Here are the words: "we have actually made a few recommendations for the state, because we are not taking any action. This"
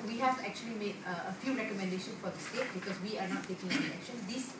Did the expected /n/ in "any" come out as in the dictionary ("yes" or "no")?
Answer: no